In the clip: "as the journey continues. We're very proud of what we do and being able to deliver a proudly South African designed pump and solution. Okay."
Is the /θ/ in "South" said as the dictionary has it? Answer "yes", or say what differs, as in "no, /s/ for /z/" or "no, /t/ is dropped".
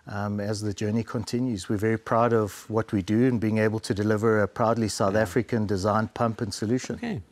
yes